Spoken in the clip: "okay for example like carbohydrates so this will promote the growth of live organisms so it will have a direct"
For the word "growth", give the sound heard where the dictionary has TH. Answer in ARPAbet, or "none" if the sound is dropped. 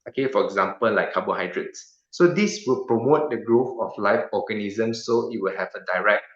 F